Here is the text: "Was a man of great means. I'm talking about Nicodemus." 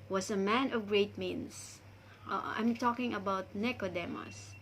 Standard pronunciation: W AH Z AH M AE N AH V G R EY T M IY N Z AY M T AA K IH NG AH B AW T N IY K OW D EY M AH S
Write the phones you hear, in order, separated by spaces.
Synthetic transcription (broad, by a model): W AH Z AH M AE N AH V G R EY T M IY N S AY M T AA K IH NG AH B AW T N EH K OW D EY M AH S